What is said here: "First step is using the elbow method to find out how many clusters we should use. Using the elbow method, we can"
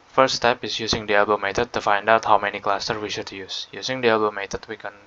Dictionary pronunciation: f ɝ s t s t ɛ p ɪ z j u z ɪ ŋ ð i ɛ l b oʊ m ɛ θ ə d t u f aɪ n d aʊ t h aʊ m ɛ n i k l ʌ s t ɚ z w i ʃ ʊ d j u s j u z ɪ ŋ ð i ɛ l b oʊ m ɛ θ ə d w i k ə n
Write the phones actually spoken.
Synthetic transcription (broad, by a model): f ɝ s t s t ɛ p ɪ s j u s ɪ ŋ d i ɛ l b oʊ m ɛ t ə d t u f aɪ n d aʊ t h aʊ m ɛ n i k l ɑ s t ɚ w i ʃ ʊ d j u s j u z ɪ ŋ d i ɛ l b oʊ m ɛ t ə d w i k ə n